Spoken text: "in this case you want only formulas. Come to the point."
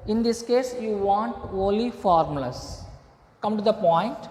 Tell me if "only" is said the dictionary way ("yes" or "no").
no